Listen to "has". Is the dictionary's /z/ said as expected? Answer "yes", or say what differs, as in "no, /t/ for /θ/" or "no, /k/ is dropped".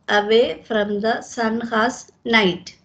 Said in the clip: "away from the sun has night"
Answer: no, /s/ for /z/